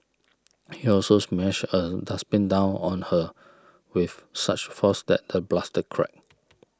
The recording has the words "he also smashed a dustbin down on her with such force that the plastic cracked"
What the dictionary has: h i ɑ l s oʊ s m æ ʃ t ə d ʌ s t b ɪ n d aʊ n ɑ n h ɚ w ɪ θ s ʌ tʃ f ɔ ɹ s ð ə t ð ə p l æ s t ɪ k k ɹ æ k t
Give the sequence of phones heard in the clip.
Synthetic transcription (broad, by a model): h i ɑ l s oʊ s m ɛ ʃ ə d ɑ s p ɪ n d aʊ n ɑ n h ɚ w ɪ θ s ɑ tʃ f ɔ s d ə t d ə b l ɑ s t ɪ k k ɹ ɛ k